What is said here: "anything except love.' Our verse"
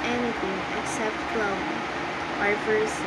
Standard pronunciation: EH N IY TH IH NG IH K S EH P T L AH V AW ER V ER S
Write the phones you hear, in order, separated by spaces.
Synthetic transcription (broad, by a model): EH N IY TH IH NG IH K S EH P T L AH B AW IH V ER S